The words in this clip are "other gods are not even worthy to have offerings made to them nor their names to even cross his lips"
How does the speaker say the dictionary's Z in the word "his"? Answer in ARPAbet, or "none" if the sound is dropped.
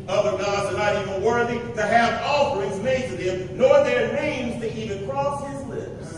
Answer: Z